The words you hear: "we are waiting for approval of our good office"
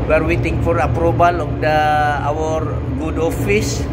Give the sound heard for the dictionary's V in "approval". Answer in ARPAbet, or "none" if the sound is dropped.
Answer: B